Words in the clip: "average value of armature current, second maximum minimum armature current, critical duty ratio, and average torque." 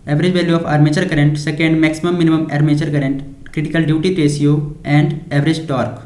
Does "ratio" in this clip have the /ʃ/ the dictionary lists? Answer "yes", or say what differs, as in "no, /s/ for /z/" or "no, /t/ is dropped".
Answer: no, /s/ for /ʃ/